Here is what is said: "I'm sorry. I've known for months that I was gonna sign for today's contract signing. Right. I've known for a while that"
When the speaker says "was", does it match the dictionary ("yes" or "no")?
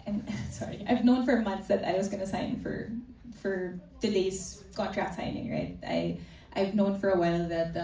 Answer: yes